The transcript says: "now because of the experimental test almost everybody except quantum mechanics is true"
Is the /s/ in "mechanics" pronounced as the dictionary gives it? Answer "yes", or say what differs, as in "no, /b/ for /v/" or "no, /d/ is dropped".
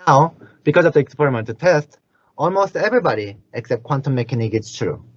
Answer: no, /s/ is dropped